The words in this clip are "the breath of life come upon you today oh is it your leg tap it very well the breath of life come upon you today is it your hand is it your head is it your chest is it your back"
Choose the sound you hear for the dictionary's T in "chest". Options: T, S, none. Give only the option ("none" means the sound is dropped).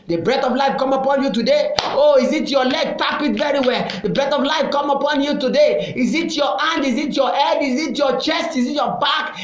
T